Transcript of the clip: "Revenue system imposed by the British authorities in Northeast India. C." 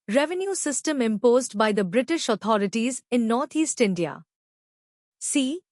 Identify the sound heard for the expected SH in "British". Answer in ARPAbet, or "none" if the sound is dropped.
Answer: SH